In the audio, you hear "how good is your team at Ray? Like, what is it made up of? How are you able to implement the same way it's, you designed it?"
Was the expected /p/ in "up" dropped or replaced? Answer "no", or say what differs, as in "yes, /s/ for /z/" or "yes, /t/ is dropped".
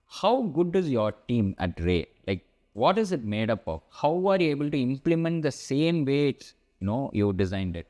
no